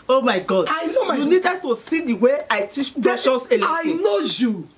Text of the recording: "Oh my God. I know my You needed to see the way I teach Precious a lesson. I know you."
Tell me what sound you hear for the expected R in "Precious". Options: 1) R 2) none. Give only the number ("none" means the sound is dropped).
2